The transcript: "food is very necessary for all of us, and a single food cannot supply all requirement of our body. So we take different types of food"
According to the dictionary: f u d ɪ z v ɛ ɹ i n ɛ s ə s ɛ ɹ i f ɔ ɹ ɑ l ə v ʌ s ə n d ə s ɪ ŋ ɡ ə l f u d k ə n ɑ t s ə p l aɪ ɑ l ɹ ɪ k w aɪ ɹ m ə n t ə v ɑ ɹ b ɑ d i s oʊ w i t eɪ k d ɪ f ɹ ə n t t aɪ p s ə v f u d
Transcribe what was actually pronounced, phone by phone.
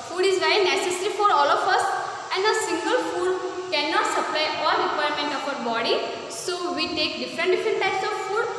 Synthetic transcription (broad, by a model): f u d ɪ z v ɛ i n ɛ s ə s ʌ ɹ i f ɔ ɹ ɑ l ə f ʌ s ə n d ə s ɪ ŋ ɡ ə l f u d k ə n ɑ t s ə p l aɪ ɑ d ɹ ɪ k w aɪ ɹ m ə n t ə f ɑ ɹ b ɑ d i s oʊ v i t eɪ k d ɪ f ɹ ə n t t aɪ p s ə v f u d